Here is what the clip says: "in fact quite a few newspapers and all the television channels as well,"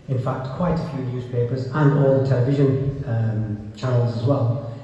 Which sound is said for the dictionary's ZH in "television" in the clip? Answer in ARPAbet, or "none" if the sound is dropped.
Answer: ZH